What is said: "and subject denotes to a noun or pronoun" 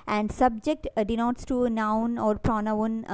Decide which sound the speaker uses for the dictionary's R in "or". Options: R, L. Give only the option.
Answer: R